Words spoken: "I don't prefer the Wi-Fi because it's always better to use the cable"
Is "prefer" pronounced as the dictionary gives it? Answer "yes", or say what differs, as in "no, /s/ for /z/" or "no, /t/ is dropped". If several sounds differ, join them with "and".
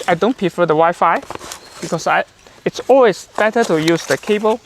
no, /ɹ/ is dropped